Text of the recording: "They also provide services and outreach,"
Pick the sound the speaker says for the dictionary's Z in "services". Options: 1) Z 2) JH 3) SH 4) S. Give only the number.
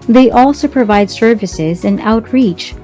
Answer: 1